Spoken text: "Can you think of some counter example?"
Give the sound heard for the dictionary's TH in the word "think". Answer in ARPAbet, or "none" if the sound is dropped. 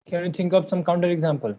T